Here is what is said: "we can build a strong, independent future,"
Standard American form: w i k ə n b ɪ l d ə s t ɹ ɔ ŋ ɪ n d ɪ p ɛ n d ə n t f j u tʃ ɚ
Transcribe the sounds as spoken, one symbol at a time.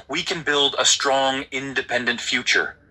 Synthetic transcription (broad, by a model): w i k ə n b ɪ l d ə s t ɹ ɔ ŋ ɪ n d ɪ p ɛ n d ə n t f j u tʃ ɚ